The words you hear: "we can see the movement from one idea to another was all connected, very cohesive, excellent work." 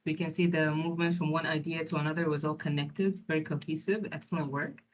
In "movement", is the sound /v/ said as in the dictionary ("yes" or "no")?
yes